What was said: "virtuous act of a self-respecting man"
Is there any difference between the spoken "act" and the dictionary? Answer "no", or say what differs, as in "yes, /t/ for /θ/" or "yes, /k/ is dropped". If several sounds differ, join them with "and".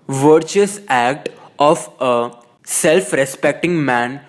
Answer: no